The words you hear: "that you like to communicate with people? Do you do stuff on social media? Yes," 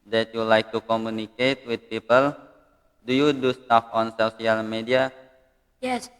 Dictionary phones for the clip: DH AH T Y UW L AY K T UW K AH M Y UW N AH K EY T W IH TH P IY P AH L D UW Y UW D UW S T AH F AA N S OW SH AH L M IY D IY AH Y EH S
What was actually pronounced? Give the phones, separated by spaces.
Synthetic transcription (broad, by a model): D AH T Y UW L AY K T UW K AH M Y UW N AH K EY T W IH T P IY P AH L D UW Y UW D UW S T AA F AA N S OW S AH L M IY D IY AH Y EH S